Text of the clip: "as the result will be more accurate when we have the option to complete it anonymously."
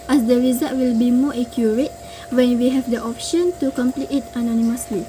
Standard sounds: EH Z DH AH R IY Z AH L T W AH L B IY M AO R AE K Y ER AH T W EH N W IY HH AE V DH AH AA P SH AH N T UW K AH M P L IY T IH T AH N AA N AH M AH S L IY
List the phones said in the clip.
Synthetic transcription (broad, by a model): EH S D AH R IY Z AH T W AH L B IY M AO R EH K Y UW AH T W EH N W IY HH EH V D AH AA P SH AH N T UW K AH M P L IY T IH T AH N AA N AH M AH S L IY